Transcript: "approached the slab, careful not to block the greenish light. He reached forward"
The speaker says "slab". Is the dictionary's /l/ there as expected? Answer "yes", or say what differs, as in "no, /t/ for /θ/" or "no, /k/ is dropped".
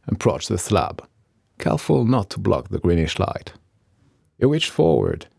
yes